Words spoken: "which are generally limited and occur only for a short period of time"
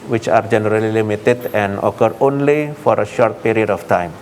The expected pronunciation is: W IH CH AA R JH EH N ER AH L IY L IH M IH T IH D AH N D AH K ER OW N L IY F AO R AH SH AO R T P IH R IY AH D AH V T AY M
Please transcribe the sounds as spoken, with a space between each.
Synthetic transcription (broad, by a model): W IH CH AA R JH EH N ER AH L IY L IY M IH T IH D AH N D AH K ER OW N L IY F AO R AH SH AO R T P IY R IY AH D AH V T AY M